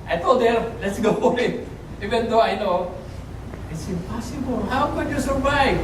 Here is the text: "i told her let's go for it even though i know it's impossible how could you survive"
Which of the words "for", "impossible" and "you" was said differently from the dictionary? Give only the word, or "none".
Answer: for